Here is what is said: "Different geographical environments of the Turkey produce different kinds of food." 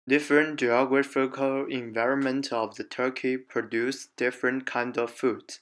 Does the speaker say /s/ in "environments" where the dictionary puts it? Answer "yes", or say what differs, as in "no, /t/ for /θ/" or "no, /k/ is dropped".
no, /s/ is dropped